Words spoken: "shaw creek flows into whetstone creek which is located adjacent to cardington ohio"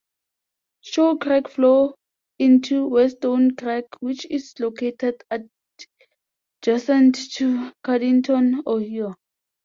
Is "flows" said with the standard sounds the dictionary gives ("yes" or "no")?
no